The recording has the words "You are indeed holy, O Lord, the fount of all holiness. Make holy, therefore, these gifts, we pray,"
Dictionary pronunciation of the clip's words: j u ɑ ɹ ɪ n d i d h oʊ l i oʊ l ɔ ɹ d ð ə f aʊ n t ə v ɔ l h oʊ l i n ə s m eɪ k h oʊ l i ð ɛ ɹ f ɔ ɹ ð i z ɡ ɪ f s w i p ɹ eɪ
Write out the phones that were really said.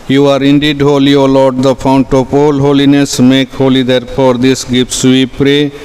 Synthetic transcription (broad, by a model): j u ɑ ɹ ɪ n d i d h oʊ l i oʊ l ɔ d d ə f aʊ n t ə p ɔ l h oʊ l i n ə s m eɪ k h oʊ l i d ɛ ɹ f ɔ ɹ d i s ɡ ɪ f s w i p ɹ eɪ